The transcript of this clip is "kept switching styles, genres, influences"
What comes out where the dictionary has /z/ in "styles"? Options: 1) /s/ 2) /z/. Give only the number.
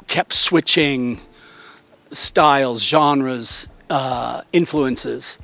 2